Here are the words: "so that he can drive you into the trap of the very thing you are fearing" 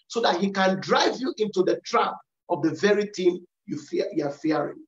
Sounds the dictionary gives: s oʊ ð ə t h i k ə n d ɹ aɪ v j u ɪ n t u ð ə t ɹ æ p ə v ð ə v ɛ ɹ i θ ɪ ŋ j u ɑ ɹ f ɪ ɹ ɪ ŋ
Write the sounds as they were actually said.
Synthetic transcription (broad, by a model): s oʊ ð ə t h i k ə n d ɹ aɪ v j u ɪ n t u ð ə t ɹ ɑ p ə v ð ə v ɛ ɹ i t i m j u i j f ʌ ɹ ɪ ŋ